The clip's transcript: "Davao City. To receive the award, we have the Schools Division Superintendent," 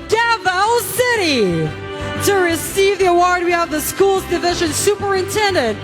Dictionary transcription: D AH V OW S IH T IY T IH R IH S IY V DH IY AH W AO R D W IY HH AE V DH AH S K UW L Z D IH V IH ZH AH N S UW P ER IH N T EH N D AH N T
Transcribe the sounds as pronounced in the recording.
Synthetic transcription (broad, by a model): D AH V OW S IH T IY T IH R IH S IY V DH IY AH W AO R D W IY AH V DH AH S K UW L Z D IH V IH ZH AH N S UW P ER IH N T EH N D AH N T